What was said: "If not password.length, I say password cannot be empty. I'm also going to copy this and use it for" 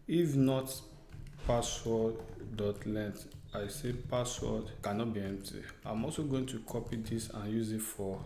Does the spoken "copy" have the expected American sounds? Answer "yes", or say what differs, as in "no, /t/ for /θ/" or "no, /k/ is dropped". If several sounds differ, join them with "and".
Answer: yes